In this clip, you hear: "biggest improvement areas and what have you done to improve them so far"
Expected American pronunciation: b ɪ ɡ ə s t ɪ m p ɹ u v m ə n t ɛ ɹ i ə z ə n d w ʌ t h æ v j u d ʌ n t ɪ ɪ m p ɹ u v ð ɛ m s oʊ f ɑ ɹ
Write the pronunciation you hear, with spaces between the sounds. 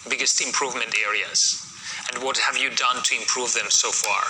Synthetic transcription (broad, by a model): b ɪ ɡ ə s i ɪ m p ɹ u v m ə n t ɛ ɹ i ə z ə n d w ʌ t h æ v j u d ʌ n t ɪ ɪ m p ɹ u v ð ɛ m s oʊ f ɑ ɹ